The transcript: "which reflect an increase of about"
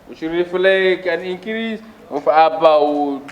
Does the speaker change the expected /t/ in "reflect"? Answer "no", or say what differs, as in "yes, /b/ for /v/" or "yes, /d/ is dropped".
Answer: yes, /t/ is dropped